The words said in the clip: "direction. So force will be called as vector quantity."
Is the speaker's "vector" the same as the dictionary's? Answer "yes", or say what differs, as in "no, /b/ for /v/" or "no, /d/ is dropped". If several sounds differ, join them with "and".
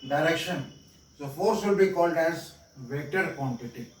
no, /k/ is dropped